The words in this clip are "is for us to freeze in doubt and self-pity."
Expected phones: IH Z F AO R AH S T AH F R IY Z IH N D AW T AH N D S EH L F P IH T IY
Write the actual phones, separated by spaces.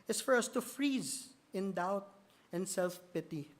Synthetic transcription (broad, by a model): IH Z F AO R AH S T AH F R IY Z IH N D AW T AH N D S EH L F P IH T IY